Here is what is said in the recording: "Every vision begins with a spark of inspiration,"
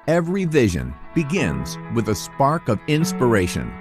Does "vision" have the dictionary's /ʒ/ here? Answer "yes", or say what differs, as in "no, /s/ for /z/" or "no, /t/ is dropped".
yes